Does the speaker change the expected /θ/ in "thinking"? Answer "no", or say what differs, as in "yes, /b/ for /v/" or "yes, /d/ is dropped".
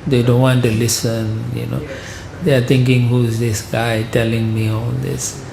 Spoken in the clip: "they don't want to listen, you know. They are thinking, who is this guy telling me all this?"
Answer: yes, /t/ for /θ/